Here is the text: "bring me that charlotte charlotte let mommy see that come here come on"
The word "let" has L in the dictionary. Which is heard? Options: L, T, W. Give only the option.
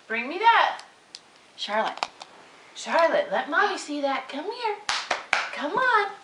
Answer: L